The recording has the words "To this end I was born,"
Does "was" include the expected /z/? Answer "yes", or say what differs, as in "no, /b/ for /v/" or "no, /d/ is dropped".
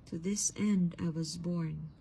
yes